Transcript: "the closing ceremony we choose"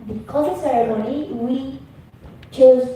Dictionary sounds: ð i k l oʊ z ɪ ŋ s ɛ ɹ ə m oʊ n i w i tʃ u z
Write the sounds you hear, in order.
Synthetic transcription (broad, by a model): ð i k oʊ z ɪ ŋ s ɛ ɹ ə m oʊ n i w i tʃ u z